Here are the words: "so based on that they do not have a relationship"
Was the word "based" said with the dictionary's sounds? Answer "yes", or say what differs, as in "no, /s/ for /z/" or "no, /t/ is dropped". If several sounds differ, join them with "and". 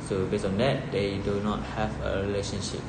no, /t/ is dropped